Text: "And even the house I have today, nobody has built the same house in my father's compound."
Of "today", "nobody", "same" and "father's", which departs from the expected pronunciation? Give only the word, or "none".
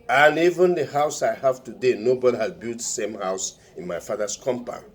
father's